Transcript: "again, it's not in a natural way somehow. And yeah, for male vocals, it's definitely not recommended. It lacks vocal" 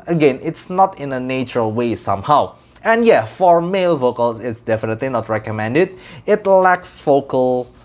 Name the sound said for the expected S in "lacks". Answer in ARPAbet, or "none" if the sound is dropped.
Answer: S